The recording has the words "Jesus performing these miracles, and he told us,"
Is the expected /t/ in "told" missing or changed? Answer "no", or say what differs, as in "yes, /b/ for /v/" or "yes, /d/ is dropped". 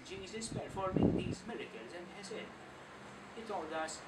yes, /s/ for /t/